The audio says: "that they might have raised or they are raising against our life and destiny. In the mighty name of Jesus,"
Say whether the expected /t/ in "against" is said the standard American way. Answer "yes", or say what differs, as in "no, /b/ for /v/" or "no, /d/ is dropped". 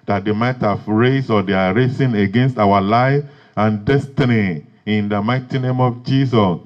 yes